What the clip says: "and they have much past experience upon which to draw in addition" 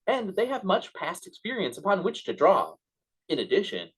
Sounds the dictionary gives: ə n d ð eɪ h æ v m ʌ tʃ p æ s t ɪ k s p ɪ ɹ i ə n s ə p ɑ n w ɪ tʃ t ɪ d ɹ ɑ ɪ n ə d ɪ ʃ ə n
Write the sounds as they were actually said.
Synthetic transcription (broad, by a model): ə n ð eɪ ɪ v m ʌ tʃ p æ s t ɪ k s p ɪ ɹ i ə n s ə p ɑ n w ɪ tʃ t ɪ d ɹ ɑ ɪ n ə d ɪ ʃ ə n